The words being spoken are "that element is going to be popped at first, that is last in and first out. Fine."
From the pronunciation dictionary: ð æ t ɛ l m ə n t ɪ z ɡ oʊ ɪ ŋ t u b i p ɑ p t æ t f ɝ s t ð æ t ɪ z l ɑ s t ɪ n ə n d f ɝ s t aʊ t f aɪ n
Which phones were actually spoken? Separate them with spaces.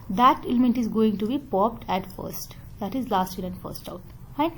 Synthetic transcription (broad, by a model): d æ t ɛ l m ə n t ɪ z ɡ oʊ ɪ ŋ t u b i p ɑ p t æ t f ɝ s t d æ t ɪ z l ɑ s t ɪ l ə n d f ɝ s t aʊ t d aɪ